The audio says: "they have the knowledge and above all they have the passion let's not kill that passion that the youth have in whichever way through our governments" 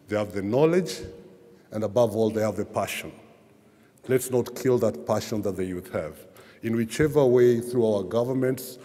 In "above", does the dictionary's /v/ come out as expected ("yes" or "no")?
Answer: yes